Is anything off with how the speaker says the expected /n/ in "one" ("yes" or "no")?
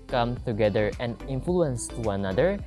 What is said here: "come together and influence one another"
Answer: yes